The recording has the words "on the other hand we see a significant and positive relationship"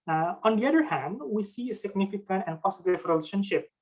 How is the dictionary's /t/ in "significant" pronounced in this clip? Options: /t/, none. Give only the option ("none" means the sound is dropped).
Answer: /t/